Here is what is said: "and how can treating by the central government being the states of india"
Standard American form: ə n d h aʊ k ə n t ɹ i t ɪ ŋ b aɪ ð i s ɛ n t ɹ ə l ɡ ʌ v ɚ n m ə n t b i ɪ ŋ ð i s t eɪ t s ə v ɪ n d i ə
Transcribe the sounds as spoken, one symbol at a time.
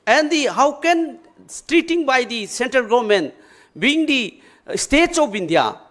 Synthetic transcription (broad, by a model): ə n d h aʊ k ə n t ɹ i t ɪ ŋ b aɪ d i s ɛ n t ɹ ə l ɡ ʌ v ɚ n m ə n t b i ŋ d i s t eɪ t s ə b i n d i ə